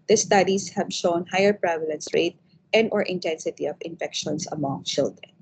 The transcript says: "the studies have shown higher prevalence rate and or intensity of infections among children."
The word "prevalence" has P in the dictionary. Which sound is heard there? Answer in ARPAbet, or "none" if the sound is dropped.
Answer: P